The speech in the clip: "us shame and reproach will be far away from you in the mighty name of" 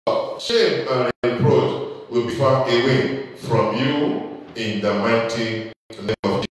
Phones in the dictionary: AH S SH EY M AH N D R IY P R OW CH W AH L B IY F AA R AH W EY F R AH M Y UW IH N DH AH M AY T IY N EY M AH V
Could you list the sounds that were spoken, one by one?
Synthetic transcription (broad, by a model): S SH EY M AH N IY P R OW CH W AH L B IY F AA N AH W EY F R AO M Y UW IH N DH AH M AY T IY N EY AH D